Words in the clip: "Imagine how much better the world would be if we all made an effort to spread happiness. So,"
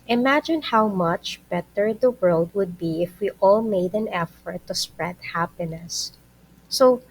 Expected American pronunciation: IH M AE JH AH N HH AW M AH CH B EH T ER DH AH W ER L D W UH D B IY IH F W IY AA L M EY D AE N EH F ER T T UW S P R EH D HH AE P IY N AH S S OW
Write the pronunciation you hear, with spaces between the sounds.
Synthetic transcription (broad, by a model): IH M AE JH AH N HH AW M AH CH B EH T ER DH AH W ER L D W UH D B IY IH F W IY AA L M EY D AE N EH F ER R T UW S P R EH D HH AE P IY N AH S S OW